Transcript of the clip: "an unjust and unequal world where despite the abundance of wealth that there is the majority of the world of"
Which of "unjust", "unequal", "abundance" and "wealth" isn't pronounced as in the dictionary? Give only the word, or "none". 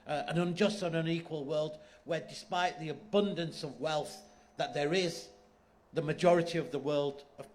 none